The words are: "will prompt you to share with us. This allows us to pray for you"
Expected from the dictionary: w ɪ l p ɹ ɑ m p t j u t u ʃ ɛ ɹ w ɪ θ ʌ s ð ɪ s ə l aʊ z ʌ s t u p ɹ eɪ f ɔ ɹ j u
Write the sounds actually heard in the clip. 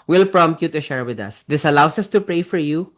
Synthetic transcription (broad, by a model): w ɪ l p ɹ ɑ m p t j u t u ʃ ɛ ɹ w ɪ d ʌ s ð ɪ s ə l aʊ s ʌ s t u p ɹ eɪ f ɔ ɹ j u